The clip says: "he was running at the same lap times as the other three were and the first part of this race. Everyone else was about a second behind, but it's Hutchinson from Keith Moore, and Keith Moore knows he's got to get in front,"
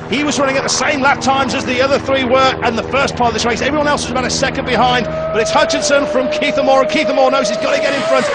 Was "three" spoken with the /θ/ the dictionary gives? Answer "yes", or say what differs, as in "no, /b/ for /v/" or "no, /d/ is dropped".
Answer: yes